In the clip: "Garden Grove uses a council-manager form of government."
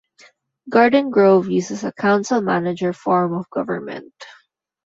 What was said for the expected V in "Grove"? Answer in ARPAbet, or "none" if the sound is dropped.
V